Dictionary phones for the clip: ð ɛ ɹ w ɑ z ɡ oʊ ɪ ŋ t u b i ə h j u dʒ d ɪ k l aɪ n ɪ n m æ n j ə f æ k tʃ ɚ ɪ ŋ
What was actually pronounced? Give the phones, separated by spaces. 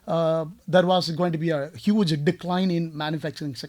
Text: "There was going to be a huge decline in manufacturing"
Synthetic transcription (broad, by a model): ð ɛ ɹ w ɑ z ɡ oʊ ɪ ŋ t u b i ə h j u dʒ d ɪ k l aɪ n ɪ n m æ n j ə f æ k tʃ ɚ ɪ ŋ